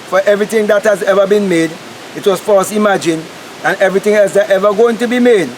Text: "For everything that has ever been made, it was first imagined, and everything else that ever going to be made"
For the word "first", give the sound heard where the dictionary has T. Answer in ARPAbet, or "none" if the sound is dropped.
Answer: none